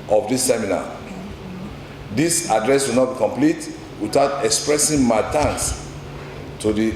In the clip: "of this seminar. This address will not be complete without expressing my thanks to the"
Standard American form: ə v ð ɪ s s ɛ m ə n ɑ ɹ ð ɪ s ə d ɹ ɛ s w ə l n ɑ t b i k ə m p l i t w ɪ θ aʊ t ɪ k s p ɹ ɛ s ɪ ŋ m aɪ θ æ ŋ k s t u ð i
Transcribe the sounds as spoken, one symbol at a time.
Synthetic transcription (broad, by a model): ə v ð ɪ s s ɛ m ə n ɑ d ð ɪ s ə d ɹ ɛ s w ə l n ɑ t b i k ə m p l i t w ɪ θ aʊ t ɪ k s p ɹ ɛ s ɪ ŋ m aɪ t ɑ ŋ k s t u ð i